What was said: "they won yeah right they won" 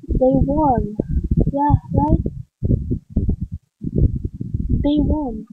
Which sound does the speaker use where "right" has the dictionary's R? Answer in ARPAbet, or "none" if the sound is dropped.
L